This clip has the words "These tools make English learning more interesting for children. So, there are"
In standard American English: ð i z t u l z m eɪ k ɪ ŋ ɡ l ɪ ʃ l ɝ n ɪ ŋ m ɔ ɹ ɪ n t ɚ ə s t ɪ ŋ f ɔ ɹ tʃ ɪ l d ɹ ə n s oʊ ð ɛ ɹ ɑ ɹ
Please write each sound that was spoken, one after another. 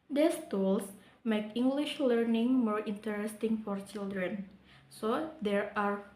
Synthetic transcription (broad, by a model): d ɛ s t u l s m eɪ k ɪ ŋ ɡ l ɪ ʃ l ɝ n ɪ ŋ m ɔ ɹ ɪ n t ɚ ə s t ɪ ŋ f ɔ ɹ tʃ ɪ l d ɹ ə n s oʊ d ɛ ɹ ɑ ɹ